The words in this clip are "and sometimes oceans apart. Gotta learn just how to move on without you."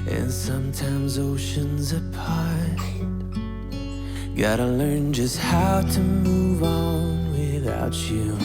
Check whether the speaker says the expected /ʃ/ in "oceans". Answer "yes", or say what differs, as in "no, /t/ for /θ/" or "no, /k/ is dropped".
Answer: yes